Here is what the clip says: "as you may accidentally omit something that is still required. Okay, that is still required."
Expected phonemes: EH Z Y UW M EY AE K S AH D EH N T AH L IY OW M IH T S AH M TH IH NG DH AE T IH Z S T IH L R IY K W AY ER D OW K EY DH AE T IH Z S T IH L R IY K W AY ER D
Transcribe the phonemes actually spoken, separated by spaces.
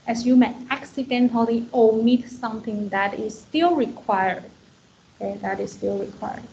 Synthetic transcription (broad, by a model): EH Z Y UW M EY AE K S AH D EH N T AH L IY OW M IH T S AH M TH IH NG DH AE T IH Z S T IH L R IY K W AY ER D OW K EY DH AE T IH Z S T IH L R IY K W AY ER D